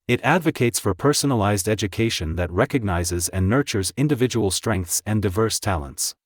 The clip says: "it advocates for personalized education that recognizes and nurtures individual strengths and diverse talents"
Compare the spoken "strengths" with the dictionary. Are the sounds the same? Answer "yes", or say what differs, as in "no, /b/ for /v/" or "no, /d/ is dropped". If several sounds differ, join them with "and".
yes